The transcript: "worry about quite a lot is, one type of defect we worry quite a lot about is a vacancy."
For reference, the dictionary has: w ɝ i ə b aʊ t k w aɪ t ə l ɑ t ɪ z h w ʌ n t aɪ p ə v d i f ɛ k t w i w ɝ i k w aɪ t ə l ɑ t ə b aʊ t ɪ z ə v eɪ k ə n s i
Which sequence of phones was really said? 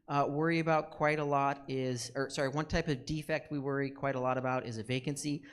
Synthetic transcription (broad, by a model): w ɝ i ə b aʊ t k w aɪ t ə l ɑ t ɪ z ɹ w ʌ n t aɪ p ə v d i f ɛ k t w i w ɝ i k w aɪ t ə l ɑ t ə b aʊ t ɪ z ə v eɪ k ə n s i